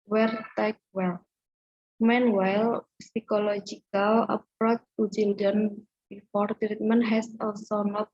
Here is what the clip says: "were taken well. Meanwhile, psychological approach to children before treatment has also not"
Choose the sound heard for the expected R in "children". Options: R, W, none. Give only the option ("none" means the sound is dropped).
none